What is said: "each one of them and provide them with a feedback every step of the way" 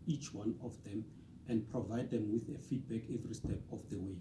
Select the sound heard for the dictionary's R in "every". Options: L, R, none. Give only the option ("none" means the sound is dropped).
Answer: R